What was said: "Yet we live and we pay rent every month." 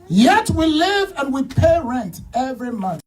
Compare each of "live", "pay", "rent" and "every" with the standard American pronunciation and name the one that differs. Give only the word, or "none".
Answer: none